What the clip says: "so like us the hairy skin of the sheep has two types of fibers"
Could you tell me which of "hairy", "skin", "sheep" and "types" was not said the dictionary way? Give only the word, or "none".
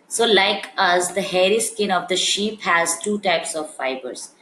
none